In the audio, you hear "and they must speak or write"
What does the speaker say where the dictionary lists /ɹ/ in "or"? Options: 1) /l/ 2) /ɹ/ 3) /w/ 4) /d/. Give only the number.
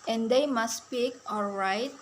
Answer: 1